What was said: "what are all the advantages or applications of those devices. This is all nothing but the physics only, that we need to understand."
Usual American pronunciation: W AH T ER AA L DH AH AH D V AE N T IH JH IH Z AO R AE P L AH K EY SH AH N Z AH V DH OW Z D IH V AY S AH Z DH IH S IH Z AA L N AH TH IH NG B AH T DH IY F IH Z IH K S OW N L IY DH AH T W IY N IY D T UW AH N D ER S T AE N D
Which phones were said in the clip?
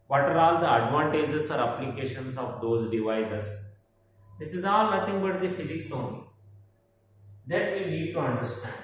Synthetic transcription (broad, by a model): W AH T ER AA L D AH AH D V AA N T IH JH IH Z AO R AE P L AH K EY SH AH N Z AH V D OW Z D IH V AY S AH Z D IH S IH Z AA L N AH T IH NG B AH T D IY F IH Z IH K S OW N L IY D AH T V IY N IY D T UW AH N D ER S T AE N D